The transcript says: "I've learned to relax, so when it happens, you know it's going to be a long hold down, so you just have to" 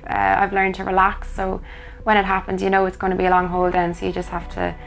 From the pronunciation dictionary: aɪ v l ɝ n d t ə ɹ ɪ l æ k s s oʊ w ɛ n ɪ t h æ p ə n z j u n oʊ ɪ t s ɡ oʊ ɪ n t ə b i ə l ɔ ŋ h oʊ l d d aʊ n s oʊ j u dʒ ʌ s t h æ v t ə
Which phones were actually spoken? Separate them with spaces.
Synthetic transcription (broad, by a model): aɪ v l ɝ n t ə ɹ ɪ l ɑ k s s oʊ w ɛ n ɪ t h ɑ p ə n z j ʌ n oʊ ɪ t s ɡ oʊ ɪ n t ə b i ə l ɔ ŋ h oʊ l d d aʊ n s oʊ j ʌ dʒ ʌ s t h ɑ f t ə